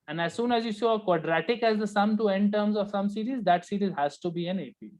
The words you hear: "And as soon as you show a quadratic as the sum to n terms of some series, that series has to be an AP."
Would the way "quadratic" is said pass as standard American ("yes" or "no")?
yes